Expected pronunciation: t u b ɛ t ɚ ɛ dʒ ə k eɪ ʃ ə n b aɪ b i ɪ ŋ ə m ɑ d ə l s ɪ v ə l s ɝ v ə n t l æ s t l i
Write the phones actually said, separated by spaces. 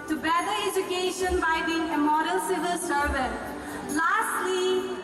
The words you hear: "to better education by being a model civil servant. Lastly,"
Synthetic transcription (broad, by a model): t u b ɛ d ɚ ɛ dʒ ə k eɪ ʃ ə n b aɪ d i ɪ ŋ ə m ɑ d ə l s ɪ v ə l s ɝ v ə t l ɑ s t l i